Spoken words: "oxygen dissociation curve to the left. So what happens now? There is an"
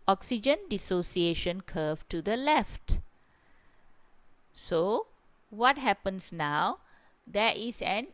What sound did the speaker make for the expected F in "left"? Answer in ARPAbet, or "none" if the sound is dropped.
F